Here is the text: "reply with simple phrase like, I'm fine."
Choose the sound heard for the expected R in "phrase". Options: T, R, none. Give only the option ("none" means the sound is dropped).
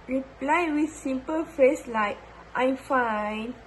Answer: none